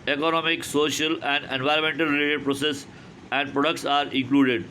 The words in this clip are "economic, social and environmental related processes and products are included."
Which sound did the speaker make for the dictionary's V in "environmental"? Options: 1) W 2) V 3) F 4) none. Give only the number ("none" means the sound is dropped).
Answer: 2